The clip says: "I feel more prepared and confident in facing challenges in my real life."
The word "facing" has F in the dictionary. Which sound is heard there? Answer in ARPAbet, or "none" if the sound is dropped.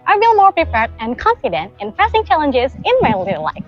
P